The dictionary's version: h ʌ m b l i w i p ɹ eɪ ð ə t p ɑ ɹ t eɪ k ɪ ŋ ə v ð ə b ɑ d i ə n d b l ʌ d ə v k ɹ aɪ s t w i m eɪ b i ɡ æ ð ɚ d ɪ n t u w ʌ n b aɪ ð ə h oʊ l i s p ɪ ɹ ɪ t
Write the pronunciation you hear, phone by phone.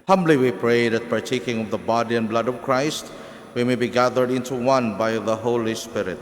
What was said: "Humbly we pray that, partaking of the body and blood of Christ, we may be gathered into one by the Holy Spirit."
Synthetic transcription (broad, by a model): h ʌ m b l i w i p ɹ eɪ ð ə t p ɑ ɹ t eɪ k ɪ ŋ ə v ð ə b ɑ d i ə n b l ʌ d ə v k ɹ aɪ s t w i m eɪ b i ɡ æ ð ɚ d ɪ n t u w ʌ n b aɪ ð ə h oʊ l i s p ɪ ɹ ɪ t